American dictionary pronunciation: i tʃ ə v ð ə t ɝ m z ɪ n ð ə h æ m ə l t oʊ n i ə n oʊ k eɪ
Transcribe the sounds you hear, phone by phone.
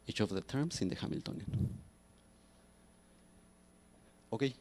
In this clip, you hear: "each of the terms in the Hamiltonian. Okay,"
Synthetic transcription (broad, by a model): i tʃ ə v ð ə t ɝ m s ɪ n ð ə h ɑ m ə l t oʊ n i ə n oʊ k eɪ